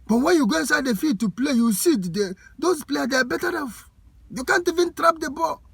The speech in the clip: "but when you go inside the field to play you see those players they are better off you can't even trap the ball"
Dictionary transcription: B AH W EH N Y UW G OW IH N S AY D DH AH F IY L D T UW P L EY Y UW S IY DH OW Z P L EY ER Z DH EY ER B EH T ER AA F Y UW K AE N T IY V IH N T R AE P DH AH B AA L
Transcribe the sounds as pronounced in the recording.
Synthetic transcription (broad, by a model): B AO W EH N Y UW G OW IH N S AY D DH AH F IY D T UW P L EY Y UW S IY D OW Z P L EY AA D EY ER B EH T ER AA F Y UW K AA N T IY V IH N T R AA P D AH B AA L